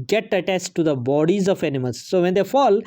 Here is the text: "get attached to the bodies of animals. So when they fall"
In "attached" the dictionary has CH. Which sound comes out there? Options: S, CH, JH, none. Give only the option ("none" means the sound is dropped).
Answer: S